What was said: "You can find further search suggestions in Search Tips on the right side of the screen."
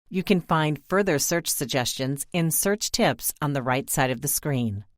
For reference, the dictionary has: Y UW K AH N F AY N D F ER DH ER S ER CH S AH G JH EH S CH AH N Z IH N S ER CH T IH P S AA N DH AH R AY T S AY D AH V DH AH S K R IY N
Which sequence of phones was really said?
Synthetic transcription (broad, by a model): Y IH K AH N F AY N D F ER DH ER S ER CH S AH G JH EH S CH AH N Z IH N S ER CH T IH P S N DH AH R AY T S AY D AH V DH AH S K R IY N